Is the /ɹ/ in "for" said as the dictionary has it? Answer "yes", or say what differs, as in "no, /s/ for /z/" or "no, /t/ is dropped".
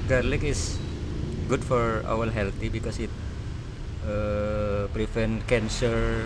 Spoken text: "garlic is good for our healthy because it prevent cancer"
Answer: yes